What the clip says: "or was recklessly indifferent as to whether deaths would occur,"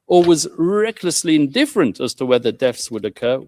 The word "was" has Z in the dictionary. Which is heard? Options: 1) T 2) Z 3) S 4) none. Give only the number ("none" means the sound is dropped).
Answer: 2